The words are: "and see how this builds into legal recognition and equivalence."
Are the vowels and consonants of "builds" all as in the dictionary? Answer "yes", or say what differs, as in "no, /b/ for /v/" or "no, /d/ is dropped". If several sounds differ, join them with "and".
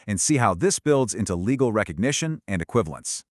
yes